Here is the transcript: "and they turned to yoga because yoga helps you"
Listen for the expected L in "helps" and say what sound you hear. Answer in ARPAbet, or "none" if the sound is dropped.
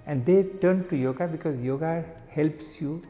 L